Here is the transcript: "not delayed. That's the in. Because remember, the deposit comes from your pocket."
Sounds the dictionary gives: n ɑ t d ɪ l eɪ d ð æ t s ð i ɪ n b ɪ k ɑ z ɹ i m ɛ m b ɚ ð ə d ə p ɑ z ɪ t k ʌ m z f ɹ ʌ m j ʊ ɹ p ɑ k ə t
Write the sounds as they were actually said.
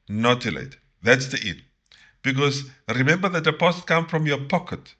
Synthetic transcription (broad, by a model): n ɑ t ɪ l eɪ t ð æ t s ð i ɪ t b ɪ k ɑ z ɹ i m ɛ m b ɚ ð ə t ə p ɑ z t k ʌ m f ɹ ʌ m j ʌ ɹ p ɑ k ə t